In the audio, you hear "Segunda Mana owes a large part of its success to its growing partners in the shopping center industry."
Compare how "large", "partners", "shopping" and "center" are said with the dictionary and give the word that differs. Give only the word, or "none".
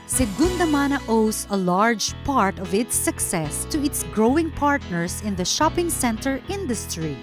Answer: partners